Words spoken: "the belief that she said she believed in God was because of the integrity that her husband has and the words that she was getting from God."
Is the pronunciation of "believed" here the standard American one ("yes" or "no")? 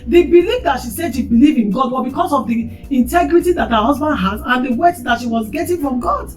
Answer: no